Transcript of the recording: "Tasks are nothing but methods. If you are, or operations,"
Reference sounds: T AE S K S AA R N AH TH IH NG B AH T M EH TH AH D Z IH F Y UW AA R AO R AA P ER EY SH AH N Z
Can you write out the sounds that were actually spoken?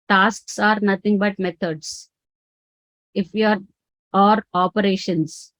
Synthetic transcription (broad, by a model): T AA S K S AA R N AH T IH NG B AH T M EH T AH D S IH F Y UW AA R AO R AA P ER EY SH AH N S